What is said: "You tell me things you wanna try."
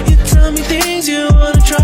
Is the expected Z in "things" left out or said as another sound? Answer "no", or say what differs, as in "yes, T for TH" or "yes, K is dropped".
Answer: no